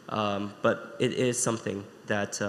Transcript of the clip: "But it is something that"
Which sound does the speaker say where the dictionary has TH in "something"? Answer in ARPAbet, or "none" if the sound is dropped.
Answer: TH